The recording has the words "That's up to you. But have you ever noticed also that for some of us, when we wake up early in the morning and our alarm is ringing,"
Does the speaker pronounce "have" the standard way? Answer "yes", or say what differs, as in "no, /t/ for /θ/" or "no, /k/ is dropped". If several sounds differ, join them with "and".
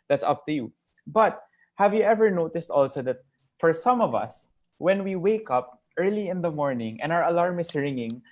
yes